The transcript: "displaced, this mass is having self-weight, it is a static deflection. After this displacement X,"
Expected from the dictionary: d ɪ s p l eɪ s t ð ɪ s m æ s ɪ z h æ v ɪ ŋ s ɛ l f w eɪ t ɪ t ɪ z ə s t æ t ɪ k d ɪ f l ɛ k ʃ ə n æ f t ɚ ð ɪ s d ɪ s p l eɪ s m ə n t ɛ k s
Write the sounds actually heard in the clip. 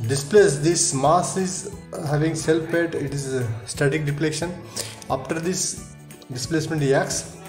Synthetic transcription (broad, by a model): d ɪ s p l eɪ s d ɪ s m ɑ s ɪ z h æ v ɪ ŋ s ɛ l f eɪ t ɪ t ɪ z s t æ t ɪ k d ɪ p l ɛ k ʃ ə n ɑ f t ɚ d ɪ s d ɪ s p l eɪ s m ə n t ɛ k s